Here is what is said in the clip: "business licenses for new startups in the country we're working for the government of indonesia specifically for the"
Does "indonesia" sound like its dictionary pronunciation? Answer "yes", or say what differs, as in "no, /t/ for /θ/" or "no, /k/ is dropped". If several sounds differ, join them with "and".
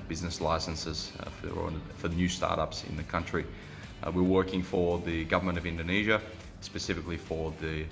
yes